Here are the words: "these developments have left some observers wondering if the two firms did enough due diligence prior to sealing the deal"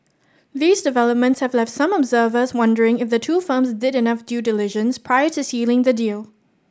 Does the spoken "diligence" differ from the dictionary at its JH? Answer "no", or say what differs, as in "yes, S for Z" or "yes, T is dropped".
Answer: yes, ZH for JH